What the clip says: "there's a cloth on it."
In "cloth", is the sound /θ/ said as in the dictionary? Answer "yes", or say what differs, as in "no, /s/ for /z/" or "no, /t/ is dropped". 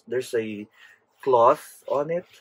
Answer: yes